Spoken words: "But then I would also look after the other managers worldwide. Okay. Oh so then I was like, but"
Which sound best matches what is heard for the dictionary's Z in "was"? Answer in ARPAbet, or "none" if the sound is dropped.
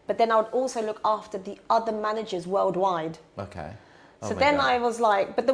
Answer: Z